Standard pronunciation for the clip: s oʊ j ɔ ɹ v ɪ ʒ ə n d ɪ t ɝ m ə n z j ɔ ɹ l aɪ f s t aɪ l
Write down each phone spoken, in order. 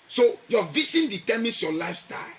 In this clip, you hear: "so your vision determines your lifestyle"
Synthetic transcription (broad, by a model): s oʊ j ɔ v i s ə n d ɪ t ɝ m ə n s j ɔ l aɪ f s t aɪ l